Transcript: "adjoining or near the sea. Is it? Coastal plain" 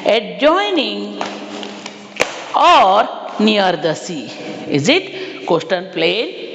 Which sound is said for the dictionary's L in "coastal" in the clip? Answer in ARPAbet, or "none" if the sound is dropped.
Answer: N